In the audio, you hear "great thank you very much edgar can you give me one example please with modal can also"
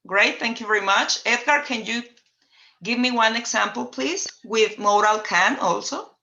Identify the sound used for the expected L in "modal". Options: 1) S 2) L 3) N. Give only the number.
2